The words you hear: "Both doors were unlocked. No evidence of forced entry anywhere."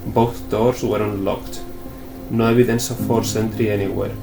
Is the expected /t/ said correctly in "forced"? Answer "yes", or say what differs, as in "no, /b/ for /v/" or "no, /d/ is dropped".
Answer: no, /t/ is dropped